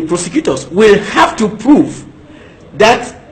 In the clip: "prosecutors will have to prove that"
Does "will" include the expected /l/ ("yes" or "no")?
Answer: yes